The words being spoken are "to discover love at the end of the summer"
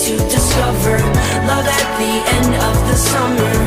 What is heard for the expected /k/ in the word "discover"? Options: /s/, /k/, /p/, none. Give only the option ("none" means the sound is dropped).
/k/